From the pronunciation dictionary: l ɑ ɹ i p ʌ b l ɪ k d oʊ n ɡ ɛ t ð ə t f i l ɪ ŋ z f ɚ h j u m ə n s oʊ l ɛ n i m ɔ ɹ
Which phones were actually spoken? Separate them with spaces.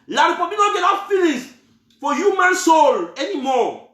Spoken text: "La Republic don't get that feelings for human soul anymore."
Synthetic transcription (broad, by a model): l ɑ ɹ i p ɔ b ɪ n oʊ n ɡ ɛ t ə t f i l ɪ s f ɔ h j u m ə n s oʊ l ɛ n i m ɔ